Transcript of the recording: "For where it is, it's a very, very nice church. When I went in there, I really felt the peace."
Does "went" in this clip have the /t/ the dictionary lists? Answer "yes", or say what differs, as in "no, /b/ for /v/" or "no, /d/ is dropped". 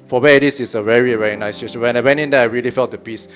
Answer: no, /t/ is dropped